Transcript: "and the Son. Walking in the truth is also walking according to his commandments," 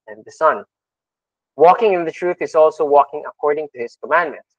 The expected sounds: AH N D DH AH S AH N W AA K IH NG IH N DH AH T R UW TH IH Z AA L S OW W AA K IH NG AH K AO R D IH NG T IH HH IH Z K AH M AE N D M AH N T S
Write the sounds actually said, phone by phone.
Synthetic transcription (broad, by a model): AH N DH AH S AH N W AA K IH NG IH N DH AH T R UW TH IH Z AA L S OW W AA K IH NG AH K AO R D IH NG T IH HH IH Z K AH M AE N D M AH N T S